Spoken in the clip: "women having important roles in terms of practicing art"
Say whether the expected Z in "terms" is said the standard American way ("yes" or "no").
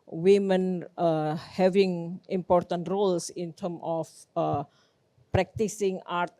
no